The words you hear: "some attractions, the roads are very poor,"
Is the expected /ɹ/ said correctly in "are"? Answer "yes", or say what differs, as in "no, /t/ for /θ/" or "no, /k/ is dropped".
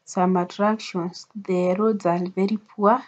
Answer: no, /l/ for /ɹ/